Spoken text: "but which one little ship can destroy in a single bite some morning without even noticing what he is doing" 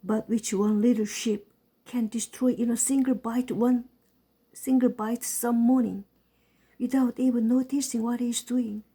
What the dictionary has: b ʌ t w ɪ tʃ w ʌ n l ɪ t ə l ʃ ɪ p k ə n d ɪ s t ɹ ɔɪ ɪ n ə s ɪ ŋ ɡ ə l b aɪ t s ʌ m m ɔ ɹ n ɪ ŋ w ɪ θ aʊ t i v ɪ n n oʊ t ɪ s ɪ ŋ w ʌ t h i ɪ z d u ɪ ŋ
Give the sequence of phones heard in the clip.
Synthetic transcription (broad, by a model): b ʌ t w ɪ tʃ w ʌ n l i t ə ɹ ʃ ɪ p k ə n d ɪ s t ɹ ɔɪ ɪ n ə s ɪ ŋ ɡ ə l b aɪ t s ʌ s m ɔ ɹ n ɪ ŋ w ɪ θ aʊ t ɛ b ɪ l n oʊ t ɪ s ɪ ŋ w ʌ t h i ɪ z d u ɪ ŋ